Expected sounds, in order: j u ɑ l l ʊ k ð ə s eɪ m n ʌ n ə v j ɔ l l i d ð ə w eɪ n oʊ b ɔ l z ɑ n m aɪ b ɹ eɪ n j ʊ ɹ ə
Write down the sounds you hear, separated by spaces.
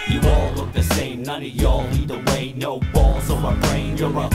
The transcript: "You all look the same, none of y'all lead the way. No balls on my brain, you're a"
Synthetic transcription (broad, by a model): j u ɑ l l ʊ k ð ə s eɪ m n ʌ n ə j ɔ l n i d ð ə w eɪ n oʊ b ɔ l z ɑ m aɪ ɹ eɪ n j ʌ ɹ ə